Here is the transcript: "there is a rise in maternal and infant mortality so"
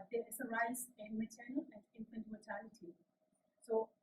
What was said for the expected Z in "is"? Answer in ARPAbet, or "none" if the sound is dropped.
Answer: S